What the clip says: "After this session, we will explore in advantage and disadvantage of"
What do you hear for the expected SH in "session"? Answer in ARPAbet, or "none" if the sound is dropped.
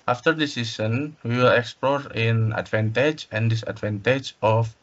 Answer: S